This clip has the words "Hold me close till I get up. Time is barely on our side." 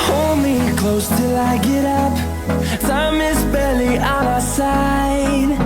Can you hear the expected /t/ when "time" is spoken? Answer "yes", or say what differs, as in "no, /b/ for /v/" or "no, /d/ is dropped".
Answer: no, /s/ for /t/